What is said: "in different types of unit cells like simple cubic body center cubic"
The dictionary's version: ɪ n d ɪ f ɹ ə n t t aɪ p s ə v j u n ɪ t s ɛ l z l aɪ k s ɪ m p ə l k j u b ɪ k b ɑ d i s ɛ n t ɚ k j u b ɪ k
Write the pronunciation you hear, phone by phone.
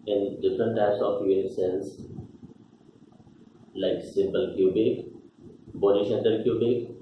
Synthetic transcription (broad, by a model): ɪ n d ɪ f ɹ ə n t t aɪ p s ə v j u ɪ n s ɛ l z l aɪ k s ɪ m p ə l k j u b ɪ k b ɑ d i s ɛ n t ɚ k j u b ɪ k